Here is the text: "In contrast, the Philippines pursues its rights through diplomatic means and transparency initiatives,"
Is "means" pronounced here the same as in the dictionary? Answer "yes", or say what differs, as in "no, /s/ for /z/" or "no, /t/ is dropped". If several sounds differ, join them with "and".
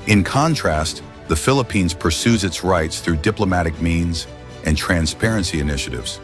yes